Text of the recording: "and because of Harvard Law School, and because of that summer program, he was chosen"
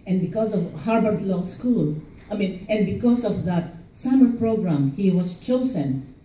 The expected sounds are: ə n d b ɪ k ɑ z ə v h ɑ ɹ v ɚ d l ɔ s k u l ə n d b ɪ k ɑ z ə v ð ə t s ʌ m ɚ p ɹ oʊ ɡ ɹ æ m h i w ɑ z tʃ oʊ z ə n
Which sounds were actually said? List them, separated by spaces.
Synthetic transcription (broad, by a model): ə n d b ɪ k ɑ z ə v h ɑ ɹ b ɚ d l ɔ s k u l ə n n b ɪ k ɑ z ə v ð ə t s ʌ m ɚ p ɹ oʊ ɡ ɹ æ m h i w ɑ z tʃ oʊ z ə n